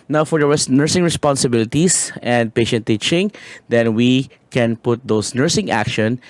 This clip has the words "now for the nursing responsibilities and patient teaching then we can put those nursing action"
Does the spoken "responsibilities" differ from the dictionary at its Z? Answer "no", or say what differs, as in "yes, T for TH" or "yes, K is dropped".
yes, S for Z